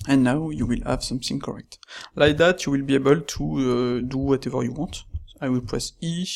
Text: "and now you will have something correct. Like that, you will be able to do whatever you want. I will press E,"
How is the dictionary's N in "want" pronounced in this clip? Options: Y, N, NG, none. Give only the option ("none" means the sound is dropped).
none